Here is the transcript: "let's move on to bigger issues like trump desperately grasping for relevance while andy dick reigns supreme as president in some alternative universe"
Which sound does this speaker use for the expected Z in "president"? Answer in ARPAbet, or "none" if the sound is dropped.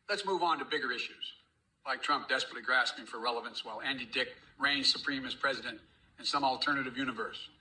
Z